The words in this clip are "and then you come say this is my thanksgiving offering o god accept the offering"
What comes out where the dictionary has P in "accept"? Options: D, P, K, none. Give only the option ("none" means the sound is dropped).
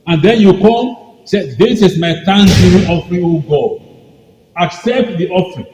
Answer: P